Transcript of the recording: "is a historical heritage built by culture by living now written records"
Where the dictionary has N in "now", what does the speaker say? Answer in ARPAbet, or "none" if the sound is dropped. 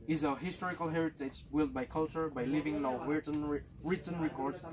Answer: L